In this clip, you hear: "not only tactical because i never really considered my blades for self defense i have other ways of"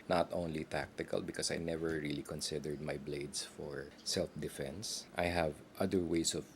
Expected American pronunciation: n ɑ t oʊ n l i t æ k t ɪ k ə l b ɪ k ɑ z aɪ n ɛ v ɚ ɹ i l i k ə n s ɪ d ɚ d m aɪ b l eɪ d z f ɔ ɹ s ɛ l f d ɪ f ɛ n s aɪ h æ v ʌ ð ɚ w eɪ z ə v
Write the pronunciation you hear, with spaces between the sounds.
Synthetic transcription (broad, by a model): n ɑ t oʊ n l i t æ k t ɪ k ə l b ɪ k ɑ s aɪ n ɛ v ɚ ɹ i l i k ə n s ɪ d ɚ d m aɪ b l eɪ d s f ɔ ɹ s ɛ l f d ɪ f ɛ n s aɪ h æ v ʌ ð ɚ w eɪ s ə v